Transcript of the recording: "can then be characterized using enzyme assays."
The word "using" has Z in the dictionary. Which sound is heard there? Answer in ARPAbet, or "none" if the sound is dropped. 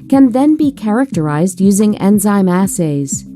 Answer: Z